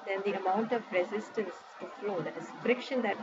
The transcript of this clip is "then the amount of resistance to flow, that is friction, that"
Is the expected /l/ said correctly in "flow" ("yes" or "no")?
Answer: yes